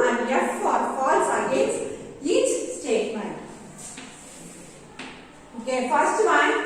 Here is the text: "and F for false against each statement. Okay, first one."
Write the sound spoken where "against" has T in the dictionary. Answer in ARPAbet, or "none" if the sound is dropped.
none